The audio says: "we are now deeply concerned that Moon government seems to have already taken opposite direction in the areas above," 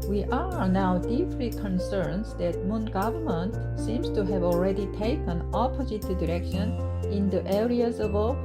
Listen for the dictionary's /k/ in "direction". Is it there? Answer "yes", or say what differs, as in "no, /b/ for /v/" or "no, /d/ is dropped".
yes